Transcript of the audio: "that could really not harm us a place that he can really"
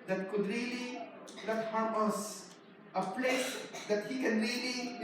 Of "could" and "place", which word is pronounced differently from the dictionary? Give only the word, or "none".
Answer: place